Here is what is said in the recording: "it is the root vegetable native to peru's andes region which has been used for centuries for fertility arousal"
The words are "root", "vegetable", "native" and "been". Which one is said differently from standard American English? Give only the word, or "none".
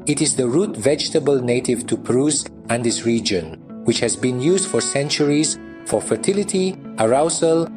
none